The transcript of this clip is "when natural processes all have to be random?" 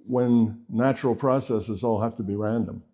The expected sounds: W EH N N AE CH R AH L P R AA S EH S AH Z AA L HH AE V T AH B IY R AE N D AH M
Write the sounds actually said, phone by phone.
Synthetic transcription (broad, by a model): W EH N N AE CH R L P R AA S EH S AH Z AA L HH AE F T AH B IY R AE N D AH M